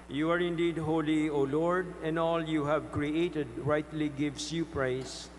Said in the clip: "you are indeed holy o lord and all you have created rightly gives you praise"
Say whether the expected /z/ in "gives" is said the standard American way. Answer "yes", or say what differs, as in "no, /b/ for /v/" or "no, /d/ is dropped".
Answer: no, /s/ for /z/